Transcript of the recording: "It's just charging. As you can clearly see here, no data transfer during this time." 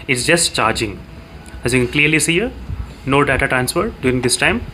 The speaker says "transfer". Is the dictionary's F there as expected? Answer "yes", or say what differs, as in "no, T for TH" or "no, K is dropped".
yes